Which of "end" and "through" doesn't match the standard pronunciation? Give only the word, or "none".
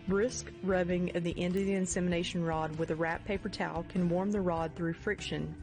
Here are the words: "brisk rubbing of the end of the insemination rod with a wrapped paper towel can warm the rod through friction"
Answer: none